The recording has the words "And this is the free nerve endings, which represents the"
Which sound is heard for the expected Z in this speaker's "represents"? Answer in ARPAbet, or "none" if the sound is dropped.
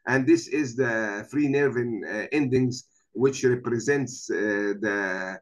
Z